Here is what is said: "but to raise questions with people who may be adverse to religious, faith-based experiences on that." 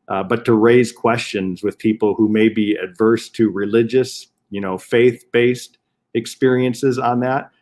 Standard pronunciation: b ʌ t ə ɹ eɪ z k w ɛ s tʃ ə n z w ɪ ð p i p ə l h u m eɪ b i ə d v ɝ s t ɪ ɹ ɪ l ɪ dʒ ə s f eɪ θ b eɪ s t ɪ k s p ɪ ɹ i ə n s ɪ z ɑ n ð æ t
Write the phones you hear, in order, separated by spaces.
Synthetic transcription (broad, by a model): b ʌ t ə ɹ eɪ z k w ɛ s tʃ ə n z w ɪ ð p i p l h u m eɪ b i ə d v ɝ s t ɪ ɹ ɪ l ɪ dʒ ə s f eɪ θ b eɪ s t ɪ k s p ɪ ɹ i ə n s ɪ z n ð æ t